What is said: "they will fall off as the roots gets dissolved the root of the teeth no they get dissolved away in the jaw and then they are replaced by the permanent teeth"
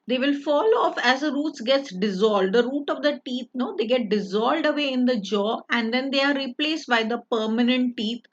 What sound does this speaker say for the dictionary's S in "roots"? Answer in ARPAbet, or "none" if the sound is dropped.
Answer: S